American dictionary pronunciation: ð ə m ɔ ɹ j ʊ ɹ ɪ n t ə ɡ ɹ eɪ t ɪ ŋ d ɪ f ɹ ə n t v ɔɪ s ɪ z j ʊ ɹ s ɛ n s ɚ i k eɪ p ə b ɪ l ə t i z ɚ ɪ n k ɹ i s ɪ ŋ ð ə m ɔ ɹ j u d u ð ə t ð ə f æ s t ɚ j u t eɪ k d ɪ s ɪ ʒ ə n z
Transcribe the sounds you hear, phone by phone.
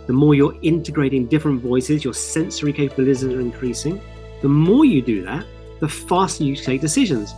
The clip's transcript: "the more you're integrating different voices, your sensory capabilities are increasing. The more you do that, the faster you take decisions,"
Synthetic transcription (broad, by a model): ð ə m ɔ j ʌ ɹ ɪ n t ə ɡ ɹ eɪ t ɪ ŋ d ɪ f ɹ ə n t v ɔɪ s ɪ z j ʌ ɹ s ɛ n s ɚ i k eɪ p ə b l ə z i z ɚ ɪ n k ɹ i s ɪ ŋ ð ə m ɔ j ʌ d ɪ ð ə t ð ə f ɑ s t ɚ j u t eɪ k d ɪ s ɪ ʒ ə n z